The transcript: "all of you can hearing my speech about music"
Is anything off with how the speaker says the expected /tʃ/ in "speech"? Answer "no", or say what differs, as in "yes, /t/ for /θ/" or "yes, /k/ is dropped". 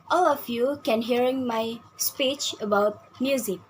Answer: no